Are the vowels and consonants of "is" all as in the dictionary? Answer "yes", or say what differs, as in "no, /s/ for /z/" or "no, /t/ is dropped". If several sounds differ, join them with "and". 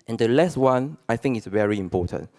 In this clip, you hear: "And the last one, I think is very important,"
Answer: no, /s/ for /z/